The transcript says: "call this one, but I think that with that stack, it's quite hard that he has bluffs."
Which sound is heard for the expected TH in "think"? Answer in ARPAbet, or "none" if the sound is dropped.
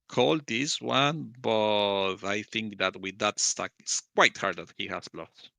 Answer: TH